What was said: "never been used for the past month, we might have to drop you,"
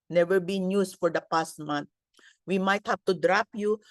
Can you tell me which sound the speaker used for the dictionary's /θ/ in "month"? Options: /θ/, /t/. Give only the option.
/t/